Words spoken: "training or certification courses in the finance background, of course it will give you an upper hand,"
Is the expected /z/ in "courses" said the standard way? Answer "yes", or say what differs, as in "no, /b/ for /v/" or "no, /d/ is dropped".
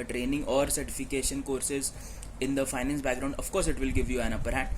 yes